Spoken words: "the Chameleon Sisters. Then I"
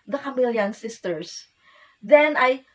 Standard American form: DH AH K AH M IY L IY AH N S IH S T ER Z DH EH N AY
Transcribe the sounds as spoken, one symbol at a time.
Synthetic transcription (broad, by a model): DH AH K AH M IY L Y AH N S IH S T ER S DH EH N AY